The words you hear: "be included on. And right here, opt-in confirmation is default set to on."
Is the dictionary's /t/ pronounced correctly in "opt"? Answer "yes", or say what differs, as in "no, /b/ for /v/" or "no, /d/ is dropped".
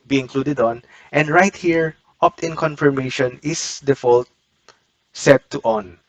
yes